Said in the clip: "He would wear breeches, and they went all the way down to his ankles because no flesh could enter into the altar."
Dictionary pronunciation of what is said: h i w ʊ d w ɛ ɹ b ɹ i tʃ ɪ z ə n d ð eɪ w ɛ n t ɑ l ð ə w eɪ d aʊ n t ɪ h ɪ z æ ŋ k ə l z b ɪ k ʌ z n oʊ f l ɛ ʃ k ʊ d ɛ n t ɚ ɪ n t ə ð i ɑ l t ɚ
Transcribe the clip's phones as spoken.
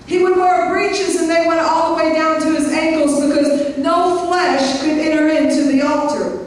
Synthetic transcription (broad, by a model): h i w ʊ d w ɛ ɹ b ɹ i tʃ ɪ z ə n ð eɪ w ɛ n t ɑ l ð ə w eɪ d aʊ n t ɪ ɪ z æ ŋ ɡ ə l z b ɪ k ʌ z n oʊ f l ɛ ʃ k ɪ d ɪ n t ɚ ɪ n t ə ð i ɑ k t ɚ